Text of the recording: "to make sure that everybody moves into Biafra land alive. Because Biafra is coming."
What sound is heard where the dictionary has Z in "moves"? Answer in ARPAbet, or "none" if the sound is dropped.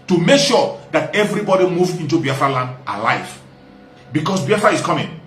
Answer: none